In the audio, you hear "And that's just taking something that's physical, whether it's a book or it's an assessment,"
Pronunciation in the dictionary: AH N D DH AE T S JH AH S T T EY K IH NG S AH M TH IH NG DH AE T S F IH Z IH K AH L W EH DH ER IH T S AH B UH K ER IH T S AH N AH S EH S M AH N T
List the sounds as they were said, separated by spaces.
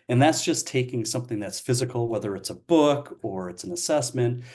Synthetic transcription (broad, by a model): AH N DH AE T S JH AH S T T EY K IH NG S AH M TH IH NG DH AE T S F IH Z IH K L W EH DH ER IH T S AH B UH K ER IH T S N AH S EH S M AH N T